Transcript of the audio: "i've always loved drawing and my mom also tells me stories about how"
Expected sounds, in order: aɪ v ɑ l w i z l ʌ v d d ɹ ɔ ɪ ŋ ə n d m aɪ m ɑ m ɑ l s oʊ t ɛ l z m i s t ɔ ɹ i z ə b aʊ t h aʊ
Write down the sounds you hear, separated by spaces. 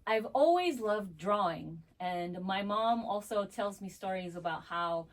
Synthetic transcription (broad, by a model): aɪ v ɑ l w i z l ʌ v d d ɹ ɔ ɪ ŋ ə n m aɪ m ɑ m ɑ l s oʊ t ɛ l z m i s t ɔ ɹ i z ə b aʊ t h aʊ